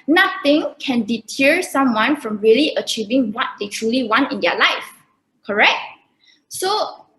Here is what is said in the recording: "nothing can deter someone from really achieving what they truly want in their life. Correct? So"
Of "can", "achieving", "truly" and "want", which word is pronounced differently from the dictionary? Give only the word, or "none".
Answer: none